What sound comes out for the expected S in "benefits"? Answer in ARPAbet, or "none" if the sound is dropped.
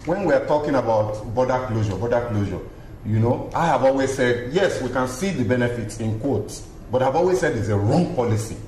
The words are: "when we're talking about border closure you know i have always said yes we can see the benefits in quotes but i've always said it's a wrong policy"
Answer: S